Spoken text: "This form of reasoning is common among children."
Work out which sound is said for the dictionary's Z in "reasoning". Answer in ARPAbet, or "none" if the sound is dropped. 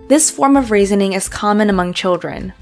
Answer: Z